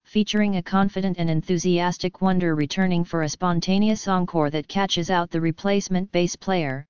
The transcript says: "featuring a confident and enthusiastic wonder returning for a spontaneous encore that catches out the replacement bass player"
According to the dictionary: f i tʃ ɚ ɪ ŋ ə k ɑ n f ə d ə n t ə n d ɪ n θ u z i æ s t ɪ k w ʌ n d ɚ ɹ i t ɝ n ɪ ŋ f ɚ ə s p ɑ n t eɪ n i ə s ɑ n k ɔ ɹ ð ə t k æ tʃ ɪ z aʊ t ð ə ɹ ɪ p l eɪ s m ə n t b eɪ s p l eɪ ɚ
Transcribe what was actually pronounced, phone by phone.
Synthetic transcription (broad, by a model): f i tʃ ɚ ɪ ŋ ə k ɑ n f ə d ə n t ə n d ɪ n θ u z i æ s t ɪ k w ʌ n d ɚ ɹ i t ɝ n ɪ ŋ f ɚ ə s p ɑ n t eɪ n i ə s ɑ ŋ k ɔ ɹ ð ə t k æ tʃ ɪ z aʊ t ð ə ɹ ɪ p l eɪ s m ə n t b eɪ s p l eɪ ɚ